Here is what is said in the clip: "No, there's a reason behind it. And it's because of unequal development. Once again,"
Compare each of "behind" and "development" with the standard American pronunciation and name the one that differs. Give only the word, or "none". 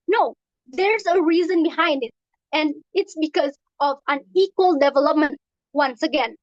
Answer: none